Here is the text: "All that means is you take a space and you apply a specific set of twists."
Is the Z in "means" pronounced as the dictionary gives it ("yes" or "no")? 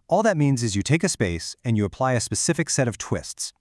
yes